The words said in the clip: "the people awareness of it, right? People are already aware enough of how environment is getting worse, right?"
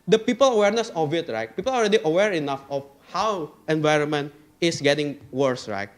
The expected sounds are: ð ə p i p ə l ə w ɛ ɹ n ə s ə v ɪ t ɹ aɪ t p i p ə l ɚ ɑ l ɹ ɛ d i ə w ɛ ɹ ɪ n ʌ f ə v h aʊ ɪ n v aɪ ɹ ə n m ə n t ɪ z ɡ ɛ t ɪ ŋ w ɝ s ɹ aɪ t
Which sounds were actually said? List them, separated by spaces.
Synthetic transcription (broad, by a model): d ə p i p ə l ə w ɛ ɹ n ə s ə v ɪ t ɹ aɪ t p i p ə l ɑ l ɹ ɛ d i ə w ɛ ɹ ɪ n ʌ f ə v h aʊ ɪ n v aɪ ɹ ə n m ə n t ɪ s ɡ ɛ t ɪ ŋ w ɝ s ɹ aɪ t